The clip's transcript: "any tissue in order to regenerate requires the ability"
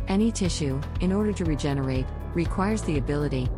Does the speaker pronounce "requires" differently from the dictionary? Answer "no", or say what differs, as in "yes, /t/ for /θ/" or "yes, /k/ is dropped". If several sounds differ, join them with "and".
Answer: no